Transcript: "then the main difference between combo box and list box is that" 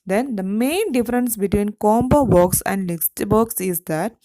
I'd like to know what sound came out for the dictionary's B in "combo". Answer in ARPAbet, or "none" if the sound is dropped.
B